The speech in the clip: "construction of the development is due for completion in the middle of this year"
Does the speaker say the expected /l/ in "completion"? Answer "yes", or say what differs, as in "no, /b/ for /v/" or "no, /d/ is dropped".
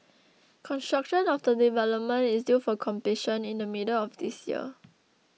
no, /l/ is dropped